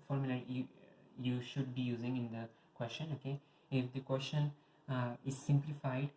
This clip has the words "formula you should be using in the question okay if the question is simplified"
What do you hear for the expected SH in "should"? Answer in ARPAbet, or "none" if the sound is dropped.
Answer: SH